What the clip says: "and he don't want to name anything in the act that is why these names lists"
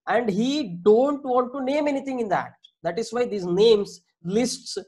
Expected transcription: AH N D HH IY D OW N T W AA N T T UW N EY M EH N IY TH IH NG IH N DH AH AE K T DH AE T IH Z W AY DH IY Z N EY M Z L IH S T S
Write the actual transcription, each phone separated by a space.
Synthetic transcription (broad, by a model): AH N D HH IY D OW N T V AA N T T UW N EY M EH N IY T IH NG IH N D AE T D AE T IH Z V AY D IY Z N EY M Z L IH S T S